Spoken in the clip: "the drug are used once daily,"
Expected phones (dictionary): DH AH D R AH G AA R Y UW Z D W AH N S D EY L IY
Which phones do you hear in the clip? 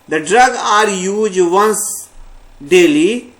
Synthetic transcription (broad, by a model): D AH D R AH G AA R Y UW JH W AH N S D EY L IY